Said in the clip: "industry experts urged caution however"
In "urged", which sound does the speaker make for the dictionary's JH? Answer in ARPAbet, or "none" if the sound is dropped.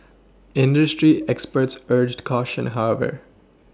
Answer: JH